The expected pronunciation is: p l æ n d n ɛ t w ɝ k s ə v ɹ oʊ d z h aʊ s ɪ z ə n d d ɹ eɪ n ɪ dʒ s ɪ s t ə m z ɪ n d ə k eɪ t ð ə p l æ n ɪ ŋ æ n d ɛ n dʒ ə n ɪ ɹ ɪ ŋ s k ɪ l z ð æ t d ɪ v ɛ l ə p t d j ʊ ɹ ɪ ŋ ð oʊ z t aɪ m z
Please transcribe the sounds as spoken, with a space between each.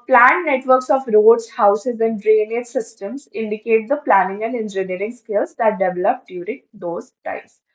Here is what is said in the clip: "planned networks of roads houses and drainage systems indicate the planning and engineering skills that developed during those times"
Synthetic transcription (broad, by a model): p l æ n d n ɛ t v ɝ k s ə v ɹ oʊ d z h aʊ s ɪ z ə n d d ɹ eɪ n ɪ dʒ s ɪ s t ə m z ɪ n d ə k eɪ t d ə p l æ n ɪ ŋ æ n d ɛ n dʒ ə n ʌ ɹ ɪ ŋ s k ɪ l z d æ t d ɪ v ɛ l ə p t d j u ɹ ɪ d oʊ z t aɪ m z